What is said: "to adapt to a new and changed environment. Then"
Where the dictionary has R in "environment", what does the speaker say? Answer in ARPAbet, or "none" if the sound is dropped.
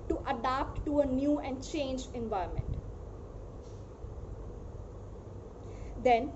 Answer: none